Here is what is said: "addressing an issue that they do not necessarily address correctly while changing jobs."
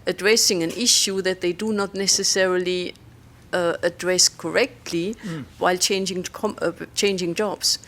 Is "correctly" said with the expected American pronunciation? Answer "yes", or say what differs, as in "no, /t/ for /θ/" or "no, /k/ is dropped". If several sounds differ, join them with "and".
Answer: yes